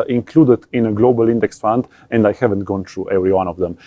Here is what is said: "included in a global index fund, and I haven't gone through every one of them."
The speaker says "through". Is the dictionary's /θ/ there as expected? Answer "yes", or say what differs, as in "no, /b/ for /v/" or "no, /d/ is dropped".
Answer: no, /t/ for /θ/